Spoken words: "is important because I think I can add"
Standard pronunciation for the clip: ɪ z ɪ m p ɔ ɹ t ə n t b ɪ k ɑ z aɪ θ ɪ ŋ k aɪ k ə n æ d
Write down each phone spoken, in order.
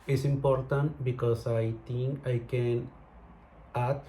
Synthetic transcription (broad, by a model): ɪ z ɪ m p ɔ ɹ t ə n t b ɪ k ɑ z aɪ t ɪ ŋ k aɪ k ə n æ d